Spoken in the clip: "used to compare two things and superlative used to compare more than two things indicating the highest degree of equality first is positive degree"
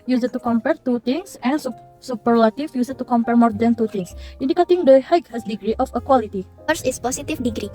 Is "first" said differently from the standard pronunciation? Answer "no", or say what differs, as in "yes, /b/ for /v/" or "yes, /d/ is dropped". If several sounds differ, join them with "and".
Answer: yes, /t/ is dropped